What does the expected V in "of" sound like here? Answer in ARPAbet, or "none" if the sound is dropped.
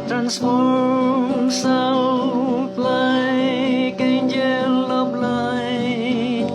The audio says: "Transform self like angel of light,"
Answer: B